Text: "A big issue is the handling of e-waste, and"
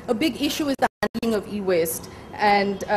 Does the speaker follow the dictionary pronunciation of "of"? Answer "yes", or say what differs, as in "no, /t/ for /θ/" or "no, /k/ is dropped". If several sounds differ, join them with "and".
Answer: yes